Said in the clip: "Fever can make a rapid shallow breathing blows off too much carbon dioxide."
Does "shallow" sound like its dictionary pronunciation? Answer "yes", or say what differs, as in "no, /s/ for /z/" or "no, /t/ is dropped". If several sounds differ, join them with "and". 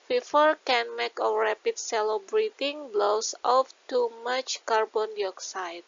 no, /s/ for /ʃ/